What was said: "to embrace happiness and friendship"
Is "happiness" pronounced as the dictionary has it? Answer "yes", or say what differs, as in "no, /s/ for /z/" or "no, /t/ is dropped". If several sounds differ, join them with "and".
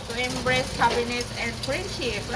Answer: no, /b/ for /p/